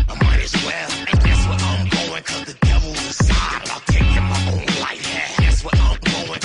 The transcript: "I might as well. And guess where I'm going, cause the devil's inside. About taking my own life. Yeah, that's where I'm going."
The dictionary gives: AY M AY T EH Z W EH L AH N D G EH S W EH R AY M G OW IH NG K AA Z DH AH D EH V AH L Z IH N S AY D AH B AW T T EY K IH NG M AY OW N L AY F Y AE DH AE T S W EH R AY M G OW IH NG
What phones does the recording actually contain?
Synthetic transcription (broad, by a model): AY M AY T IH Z W EH L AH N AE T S W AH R AY M G OW IH NG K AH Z DH AH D EH V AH L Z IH S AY AH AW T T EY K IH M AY OW N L AY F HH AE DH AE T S W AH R AY M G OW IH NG